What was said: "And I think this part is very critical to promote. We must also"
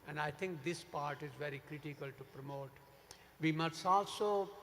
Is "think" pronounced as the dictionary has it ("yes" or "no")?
no